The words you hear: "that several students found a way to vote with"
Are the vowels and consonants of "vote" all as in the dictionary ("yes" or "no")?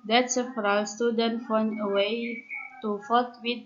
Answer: no